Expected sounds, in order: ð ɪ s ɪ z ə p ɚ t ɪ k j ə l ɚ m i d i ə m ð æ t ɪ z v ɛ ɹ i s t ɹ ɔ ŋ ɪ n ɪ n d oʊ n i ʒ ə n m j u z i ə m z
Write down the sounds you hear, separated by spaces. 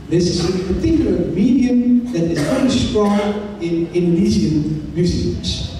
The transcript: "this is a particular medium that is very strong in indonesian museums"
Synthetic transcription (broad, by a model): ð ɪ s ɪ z ə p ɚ t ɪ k j l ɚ m i d i ə m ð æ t ɪ z f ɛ i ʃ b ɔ ɪ n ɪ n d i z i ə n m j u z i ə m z